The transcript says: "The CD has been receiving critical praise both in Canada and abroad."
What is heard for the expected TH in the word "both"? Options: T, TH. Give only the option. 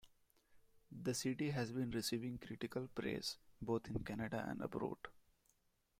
T